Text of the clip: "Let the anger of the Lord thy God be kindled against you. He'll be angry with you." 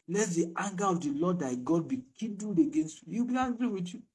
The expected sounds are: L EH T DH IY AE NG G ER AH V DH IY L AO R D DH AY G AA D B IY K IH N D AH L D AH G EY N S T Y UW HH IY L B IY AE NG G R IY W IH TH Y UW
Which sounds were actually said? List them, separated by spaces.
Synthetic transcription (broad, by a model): L EH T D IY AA NG G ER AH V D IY L AO D AY G AA D B IY K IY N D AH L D AH G EY N S T Y UW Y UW B IY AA G R IY W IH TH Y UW